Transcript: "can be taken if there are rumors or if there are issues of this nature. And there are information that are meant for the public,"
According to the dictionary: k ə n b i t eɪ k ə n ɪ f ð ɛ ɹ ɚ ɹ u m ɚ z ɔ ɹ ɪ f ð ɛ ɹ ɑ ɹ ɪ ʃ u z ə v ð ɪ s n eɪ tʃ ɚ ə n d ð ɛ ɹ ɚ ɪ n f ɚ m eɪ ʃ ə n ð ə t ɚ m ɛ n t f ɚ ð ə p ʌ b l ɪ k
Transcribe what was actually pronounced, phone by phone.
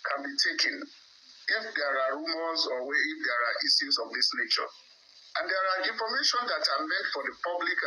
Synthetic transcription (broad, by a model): k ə n b i t eɪ k ə n ɪ f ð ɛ ɹ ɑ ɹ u m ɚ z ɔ w ɪ f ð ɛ ɹ ɑ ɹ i s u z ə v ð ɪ s n eɪ tʃ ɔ ə n d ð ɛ ɹ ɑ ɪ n f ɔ m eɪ ʃ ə n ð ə t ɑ m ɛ n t f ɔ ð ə p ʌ b l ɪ k